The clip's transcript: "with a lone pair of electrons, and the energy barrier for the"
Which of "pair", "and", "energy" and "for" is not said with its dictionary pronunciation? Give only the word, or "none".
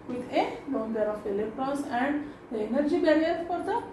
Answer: pair